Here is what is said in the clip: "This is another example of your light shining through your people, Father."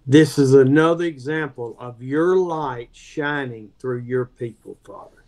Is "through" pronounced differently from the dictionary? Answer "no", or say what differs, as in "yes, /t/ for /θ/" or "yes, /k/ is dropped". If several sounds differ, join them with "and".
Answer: no